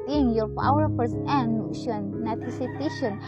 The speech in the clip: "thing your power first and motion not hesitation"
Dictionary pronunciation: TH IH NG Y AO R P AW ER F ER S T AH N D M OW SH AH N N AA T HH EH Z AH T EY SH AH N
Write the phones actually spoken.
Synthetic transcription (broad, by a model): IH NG Y AO R P AW ER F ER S AH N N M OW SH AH N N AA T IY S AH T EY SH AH N